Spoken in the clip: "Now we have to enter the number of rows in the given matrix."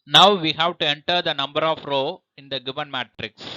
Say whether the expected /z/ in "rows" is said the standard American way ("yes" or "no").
no